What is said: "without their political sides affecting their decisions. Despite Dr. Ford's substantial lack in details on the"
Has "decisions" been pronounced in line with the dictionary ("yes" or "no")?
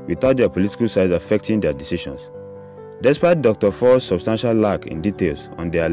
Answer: no